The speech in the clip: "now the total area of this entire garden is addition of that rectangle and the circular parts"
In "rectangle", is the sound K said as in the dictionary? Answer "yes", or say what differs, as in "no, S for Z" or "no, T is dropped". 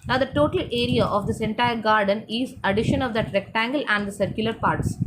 yes